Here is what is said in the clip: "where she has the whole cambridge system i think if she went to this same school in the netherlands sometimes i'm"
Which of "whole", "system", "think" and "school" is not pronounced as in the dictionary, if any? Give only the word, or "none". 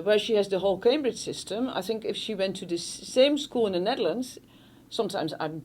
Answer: none